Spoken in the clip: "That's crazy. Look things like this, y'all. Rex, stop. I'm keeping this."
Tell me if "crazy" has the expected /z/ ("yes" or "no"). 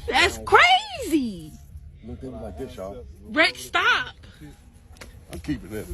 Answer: yes